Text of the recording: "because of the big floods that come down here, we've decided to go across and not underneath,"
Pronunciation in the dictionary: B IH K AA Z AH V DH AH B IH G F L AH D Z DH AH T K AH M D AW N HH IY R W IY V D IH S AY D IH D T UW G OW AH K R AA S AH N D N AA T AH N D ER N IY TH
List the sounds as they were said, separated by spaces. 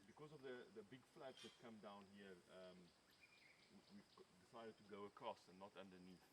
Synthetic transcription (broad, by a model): B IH K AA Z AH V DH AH B IH G F L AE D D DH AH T K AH M D AW N HH IY W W IY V D IH S AY D IH D T UW G OW AH K R AA S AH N N AA T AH N D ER N IY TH